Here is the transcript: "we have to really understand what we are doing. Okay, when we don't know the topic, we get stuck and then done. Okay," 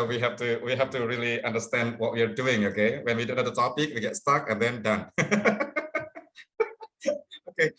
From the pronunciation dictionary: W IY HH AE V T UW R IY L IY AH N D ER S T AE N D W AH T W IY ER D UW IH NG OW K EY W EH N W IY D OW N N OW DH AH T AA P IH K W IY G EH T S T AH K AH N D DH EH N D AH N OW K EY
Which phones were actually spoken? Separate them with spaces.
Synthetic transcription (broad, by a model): W IY HH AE F T UW R IY L IY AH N D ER S T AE N D W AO T W IY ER D UW IH NG OW K EY W EH N W IY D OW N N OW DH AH T AA P IH K W IY G EH T S T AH K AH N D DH EH N D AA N OW K EY